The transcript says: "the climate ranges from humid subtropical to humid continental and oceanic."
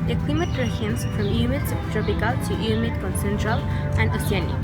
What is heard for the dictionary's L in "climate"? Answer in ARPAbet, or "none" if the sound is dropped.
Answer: W